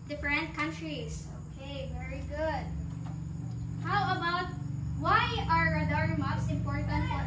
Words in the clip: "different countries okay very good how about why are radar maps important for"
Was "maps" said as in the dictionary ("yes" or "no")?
no